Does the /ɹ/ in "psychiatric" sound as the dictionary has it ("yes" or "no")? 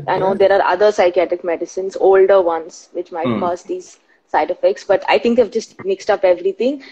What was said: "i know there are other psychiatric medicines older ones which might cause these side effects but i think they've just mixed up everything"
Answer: yes